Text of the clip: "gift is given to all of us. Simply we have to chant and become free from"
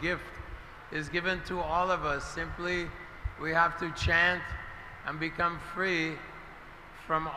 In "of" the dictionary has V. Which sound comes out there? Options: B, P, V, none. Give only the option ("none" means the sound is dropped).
V